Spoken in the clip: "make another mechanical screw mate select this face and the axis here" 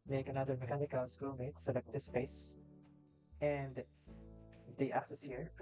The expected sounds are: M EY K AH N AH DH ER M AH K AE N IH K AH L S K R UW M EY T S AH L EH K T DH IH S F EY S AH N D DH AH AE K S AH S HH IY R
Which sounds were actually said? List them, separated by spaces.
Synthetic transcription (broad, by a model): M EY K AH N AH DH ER M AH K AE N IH K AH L S K UW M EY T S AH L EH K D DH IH S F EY S AH N D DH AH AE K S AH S HH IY R